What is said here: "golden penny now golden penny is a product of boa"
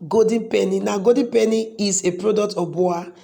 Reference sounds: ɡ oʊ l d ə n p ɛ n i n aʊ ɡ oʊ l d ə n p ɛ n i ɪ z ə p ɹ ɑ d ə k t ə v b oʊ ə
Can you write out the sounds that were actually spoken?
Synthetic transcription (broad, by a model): ɡ oʊ d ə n p ɛ n i n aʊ ɡ oʊ d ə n p ɛ n i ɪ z ə p ɹ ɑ d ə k t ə f b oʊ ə